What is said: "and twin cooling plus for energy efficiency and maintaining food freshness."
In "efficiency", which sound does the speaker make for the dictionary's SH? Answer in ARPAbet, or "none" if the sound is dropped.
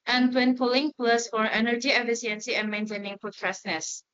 S